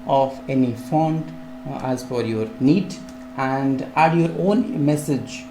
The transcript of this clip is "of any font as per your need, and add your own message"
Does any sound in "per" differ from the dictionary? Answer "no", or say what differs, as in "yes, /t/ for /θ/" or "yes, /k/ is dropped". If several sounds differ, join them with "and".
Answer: yes, /f/ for /p/